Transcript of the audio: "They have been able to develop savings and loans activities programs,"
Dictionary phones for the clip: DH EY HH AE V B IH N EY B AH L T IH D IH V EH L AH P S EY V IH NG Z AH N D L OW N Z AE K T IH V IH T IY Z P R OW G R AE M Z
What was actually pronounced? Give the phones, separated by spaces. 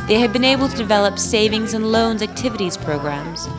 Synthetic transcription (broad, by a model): DH EY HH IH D B IH N EY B L T IH D IH V EH L AH P S EY V IH NG Z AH N L OW N Z AE K T IH V IH T IY Z P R OW G R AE M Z